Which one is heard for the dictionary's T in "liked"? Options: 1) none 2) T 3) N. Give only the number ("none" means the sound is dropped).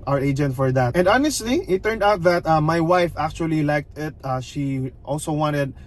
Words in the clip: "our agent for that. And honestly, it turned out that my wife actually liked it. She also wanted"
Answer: 2